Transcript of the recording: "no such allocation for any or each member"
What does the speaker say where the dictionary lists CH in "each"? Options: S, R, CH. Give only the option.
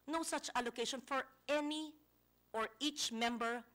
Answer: CH